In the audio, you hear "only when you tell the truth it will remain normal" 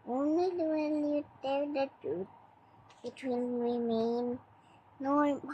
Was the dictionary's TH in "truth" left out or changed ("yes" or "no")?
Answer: yes